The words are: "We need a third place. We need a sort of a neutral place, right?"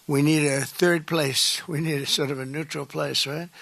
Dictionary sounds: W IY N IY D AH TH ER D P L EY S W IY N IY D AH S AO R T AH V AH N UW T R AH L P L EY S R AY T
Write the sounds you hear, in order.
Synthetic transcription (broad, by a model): W IY N IY D AH TH ER D P L EY S W IY N IY D AH S AO R T AH V AH N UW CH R L P L EY S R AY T